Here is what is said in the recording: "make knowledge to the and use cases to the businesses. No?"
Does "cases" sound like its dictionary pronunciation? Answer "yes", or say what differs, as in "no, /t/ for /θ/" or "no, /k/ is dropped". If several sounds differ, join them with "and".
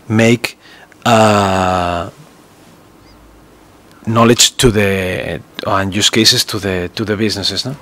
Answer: no, /s/ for /z/